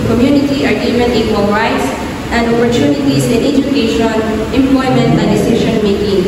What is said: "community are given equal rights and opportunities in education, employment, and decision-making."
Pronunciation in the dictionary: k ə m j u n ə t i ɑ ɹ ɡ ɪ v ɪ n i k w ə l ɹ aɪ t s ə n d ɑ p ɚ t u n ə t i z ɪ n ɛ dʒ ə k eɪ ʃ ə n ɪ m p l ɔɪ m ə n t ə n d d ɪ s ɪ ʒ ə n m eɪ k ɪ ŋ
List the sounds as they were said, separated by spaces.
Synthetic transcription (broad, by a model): k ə m j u n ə t i ɑ ɹ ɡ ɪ f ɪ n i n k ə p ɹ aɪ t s ə n d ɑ p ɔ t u n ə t i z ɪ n ɛ dʒ ə k eɪ ʃ ə n ɪ m p l ɔɪ m ə n t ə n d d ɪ s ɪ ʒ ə n m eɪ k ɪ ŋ